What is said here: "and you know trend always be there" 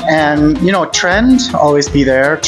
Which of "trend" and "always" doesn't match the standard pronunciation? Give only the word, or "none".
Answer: none